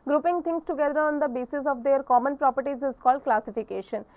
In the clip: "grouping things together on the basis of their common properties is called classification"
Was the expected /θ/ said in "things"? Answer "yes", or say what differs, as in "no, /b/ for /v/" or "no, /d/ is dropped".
no, /t/ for /θ/